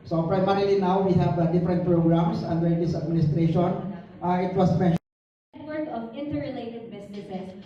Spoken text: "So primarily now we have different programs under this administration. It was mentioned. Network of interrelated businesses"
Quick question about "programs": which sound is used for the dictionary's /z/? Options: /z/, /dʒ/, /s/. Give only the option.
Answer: /s/